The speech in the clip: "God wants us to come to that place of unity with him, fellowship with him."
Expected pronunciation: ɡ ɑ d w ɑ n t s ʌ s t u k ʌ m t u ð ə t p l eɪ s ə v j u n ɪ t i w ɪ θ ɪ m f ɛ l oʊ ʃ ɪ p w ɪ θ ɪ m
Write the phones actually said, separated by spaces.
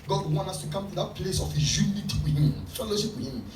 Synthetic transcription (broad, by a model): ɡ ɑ d w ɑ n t ʌ s t u k ʌ m t u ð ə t p l eɪ s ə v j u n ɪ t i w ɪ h ɪ m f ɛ l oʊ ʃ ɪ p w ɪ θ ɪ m